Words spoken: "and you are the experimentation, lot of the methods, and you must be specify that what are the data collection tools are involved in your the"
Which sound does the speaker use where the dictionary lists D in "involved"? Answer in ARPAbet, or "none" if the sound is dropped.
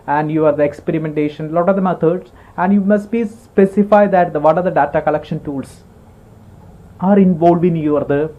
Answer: none